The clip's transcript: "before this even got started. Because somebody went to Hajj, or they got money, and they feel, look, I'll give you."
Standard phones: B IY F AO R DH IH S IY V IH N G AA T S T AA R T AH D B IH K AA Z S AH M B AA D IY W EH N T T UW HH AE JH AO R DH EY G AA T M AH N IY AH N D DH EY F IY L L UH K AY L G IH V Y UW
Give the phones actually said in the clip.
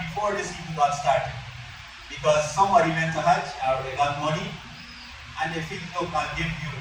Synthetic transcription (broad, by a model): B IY F AO R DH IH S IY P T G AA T S T AA R T AH D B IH K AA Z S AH M B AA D IY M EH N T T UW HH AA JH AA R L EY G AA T M AH N IY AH N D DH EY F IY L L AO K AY N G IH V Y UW